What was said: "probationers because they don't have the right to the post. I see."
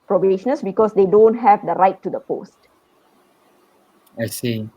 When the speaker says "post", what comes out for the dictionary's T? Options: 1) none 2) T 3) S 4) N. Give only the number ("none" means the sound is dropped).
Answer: 2